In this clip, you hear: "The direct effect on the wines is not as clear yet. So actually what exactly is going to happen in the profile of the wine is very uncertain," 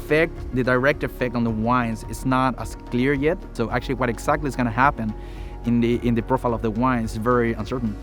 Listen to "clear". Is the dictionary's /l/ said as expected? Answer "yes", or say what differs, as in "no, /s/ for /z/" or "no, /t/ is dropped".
yes